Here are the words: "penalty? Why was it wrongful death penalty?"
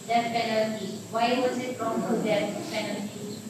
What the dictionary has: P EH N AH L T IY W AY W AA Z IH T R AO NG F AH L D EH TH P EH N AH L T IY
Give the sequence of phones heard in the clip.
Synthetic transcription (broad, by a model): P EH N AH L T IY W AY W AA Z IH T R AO F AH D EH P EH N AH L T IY